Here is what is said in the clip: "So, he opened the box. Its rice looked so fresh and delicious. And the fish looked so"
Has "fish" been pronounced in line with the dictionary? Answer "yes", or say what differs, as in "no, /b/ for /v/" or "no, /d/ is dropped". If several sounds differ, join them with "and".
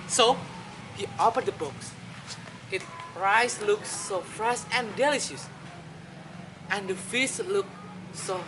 no, /s/ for /ʃ/